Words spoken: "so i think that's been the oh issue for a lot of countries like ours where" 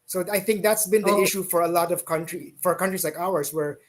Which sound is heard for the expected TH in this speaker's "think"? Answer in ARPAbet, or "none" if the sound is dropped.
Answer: TH